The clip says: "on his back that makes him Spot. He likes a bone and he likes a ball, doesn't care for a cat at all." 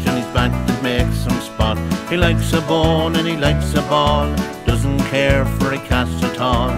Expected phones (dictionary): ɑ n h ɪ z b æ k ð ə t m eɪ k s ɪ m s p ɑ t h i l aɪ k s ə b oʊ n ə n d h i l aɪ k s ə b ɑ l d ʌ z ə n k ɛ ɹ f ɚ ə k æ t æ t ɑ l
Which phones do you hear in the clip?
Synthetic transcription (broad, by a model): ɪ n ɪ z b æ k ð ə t m eɪ k s ɪ m s p ɑ t h i l aɪ k s ə b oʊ n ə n i l aɪ k s ə b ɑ n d ʌ z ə n k ɛ ɹ f ɚ ə k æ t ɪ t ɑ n